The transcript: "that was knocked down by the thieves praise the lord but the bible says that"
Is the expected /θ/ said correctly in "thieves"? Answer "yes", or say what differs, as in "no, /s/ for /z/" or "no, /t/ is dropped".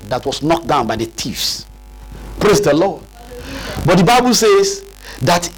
no, /t/ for /θ/